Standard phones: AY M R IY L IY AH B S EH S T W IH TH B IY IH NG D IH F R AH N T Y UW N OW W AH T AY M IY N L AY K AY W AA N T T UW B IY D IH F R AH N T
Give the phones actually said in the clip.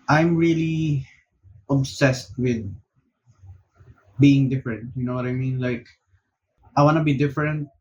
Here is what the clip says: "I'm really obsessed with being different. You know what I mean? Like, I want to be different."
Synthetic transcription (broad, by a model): AY M R IY L IY AH B S EH S T W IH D B IY IH NG D IH F R AH N T Y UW N OW W AH T AY M IY N L AY K AY W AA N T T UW B IY D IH F R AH N T